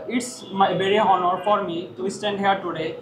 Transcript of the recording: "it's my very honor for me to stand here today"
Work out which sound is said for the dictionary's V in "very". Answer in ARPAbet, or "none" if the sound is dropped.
B